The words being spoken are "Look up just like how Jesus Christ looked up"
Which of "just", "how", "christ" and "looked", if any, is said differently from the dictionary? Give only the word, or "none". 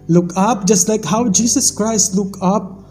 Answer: looked